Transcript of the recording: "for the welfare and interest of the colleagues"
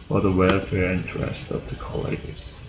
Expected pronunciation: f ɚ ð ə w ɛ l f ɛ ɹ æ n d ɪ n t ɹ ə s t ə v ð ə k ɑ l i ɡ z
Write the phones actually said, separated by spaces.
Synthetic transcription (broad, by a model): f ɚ ð ə w ɛ l f ɛ ɹ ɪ n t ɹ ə s t ə v ð ə k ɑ l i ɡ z